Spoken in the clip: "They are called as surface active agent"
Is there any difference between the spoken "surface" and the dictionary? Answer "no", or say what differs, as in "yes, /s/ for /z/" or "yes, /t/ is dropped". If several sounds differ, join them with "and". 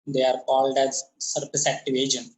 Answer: yes, /p/ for /f/